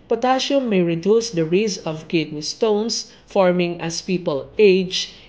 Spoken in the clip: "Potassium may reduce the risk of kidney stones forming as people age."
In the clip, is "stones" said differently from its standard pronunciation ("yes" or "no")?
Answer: yes